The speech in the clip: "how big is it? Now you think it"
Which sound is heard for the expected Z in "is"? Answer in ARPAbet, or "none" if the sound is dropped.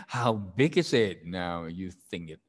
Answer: Z